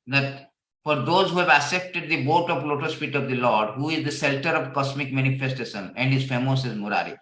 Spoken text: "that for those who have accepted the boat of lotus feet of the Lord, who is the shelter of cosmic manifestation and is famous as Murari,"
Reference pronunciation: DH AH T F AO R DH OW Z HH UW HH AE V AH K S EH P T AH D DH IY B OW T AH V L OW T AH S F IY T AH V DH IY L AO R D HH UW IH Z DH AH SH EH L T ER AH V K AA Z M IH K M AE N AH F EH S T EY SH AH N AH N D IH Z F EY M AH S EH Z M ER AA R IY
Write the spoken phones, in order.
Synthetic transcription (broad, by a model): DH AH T F AO R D OW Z HH UW HH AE V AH S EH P T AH D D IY B OW T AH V L OW T AH S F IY T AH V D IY L AO R D HH UW IH Z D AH S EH L T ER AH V K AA S M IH K M AE N AH F EH S T EY SH AH N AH N D IH Z F EY M AH S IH Z M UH AA R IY